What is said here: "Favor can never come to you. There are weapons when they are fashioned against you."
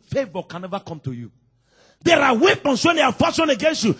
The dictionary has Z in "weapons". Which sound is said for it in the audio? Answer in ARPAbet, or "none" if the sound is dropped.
S